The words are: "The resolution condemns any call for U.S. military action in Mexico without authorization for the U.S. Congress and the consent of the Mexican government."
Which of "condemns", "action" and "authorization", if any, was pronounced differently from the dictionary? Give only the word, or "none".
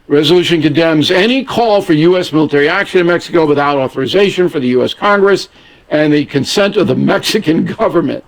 none